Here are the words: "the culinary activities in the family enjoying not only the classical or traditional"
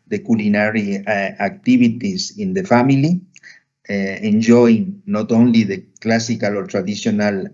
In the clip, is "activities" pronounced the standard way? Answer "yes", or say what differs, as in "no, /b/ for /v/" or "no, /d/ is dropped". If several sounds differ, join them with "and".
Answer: no, /b/ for /v/